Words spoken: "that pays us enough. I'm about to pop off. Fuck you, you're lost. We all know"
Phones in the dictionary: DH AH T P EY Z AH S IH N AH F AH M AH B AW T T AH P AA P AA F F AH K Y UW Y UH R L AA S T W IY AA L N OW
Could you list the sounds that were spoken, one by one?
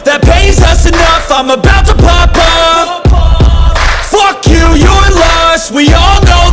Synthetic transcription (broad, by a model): DH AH T P EY Z AH S IH N AH F AH M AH B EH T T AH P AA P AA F F AH K Y UW Y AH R L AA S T W IY AA L N OW